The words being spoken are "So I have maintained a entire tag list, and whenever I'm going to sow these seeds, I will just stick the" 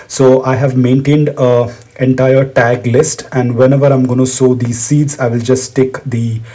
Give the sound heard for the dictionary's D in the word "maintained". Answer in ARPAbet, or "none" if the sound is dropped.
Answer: D